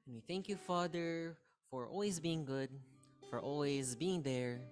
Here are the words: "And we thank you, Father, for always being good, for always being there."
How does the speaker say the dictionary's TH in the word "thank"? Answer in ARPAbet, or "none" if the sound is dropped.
TH